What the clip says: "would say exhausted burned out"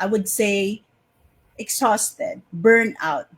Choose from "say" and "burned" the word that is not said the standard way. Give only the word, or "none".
burned